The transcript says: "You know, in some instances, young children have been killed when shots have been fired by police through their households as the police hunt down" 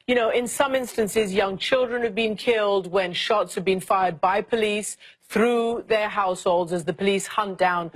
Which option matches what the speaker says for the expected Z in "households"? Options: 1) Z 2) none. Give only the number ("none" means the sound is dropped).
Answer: 1